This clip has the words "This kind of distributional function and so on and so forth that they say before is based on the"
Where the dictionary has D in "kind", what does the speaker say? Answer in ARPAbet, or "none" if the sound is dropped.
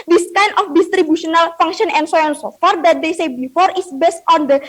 none